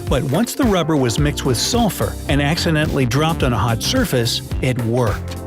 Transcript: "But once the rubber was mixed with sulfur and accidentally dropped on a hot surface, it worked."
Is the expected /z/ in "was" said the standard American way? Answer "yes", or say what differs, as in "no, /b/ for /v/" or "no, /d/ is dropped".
yes